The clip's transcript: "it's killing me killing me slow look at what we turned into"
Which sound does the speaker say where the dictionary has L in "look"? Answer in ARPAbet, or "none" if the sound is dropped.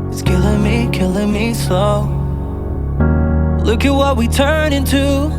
L